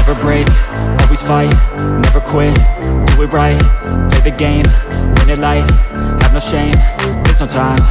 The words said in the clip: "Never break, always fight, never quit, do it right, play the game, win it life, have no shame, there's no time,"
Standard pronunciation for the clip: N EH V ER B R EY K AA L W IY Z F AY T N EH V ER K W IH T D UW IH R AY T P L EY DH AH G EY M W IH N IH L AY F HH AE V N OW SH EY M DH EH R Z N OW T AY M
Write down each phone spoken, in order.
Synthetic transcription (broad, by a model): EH V ER B R EY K AA L W IY Z F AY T N EH V ER K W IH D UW IH R AY T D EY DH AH G EY M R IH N IH L AY F HH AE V N OW SH EY M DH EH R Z N OW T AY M